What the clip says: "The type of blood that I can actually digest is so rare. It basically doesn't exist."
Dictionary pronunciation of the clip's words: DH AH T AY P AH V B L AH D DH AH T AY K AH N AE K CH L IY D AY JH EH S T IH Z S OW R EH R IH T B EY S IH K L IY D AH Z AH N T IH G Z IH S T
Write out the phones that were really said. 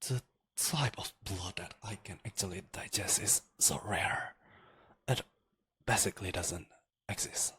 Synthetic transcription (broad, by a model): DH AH T AY P AH V B L AH D DH AH T AY K AH N AE K CH L IY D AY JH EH S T IH Z S OW R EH R IH T B EY S IH K L IY D AH Z AH N T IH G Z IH S T